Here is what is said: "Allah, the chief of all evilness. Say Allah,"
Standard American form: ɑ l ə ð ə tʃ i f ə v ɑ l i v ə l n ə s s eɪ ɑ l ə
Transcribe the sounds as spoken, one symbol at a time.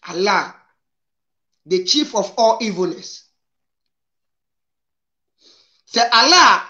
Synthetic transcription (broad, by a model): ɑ l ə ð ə tʃ i f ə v ɑ l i v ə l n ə s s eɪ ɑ l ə